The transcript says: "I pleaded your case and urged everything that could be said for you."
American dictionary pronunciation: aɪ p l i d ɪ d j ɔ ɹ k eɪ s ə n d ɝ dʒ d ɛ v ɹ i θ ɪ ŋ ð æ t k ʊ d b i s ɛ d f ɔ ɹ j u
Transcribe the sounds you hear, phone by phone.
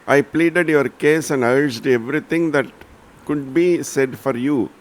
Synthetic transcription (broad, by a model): aɪ p l i d ɪ d j ɔ ɹ k eɪ s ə n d ɝ dʒ d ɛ v ɹ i t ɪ ŋ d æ t k ʊ d b i s ɛ d f ɔ ɹ j u